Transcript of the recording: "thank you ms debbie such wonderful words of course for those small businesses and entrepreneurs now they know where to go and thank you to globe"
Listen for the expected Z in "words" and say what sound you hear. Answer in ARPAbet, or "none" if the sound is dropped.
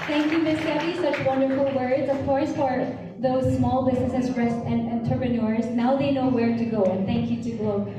Z